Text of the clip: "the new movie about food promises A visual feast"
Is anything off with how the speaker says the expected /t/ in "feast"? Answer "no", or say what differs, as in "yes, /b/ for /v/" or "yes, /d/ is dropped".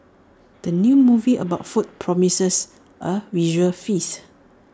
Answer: yes, /t/ is dropped